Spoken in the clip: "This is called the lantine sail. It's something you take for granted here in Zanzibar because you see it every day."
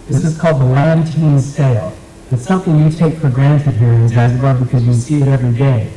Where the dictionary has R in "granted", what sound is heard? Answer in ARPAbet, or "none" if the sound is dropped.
R